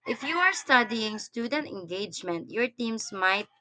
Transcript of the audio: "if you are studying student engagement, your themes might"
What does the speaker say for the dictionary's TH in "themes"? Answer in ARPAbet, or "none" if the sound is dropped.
T